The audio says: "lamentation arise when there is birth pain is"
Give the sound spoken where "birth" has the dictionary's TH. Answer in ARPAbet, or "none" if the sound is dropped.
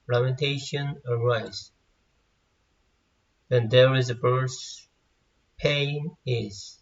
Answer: S